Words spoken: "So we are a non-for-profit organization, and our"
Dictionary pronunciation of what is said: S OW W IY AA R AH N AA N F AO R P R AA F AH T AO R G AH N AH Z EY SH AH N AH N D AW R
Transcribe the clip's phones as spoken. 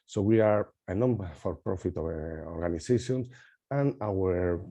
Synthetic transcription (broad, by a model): S OW W IY AA R AH N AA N F AO R P R AA F AH T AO R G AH N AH S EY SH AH N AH N AW R